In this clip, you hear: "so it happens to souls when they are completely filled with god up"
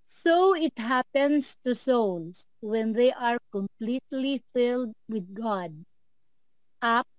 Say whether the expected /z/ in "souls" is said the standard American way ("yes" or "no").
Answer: no